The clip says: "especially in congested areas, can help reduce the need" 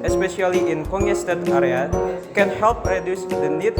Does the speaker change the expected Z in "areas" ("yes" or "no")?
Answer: yes